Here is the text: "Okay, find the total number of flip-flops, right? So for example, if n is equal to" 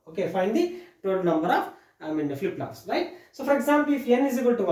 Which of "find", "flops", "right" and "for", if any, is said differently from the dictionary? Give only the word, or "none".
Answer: flops